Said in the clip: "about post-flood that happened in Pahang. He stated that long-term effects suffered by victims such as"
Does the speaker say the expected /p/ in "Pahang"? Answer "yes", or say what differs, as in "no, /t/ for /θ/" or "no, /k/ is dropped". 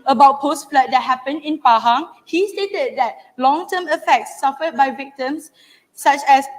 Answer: yes